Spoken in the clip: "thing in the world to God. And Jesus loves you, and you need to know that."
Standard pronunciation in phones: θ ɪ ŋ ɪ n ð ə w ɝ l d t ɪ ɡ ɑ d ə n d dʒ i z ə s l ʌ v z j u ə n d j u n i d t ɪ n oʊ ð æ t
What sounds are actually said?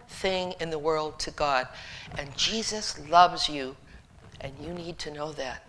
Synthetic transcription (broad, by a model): θ ɪ ŋ ɪ n ð ə w ɝ l d t ɪ ɡ ɑ d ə n dʒ i z ə s l ʌ v z j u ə n j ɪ n i d t ɪ n oʊ ð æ t